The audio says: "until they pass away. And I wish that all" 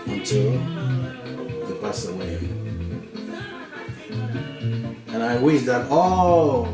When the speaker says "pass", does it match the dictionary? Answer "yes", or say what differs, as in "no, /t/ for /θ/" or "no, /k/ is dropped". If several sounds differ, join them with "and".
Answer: no, /b/ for /p/